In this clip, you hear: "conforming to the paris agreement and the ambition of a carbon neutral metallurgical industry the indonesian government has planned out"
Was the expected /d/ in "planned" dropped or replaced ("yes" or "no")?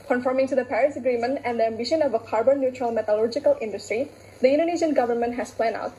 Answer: yes